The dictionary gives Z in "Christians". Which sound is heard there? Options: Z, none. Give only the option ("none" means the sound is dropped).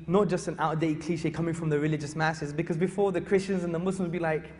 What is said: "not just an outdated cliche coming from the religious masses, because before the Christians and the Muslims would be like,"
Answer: Z